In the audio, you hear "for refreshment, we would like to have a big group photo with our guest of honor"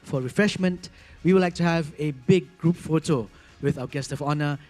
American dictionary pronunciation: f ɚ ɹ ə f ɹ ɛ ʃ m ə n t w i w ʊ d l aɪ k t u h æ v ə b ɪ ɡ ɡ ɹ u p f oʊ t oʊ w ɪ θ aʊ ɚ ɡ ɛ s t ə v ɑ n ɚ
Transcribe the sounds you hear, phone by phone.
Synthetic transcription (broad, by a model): f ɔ ɹ ə f ɹ ɛ ʃ m ə n t w i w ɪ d l aɪ k t u h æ v ə b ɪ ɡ ɡ ɹ u p f oʊ t oʊ w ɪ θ aʊ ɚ ɡ ɛ s t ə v ɑ n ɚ